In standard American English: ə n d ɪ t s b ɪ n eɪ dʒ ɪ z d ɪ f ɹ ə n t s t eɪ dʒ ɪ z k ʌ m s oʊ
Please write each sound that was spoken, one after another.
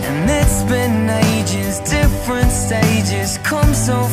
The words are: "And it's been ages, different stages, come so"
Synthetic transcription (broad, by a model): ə n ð ɪ t s b ɪ n eɪ dʒ ɪ z d ɪ f ɹ ə n t s t eɪ dʒ ɪ z k ʌ m s oʊ